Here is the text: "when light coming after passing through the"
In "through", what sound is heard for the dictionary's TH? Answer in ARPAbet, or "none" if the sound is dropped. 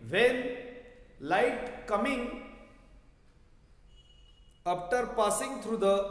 T